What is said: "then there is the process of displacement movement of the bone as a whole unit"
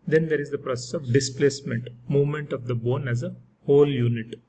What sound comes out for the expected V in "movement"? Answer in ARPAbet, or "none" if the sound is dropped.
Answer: V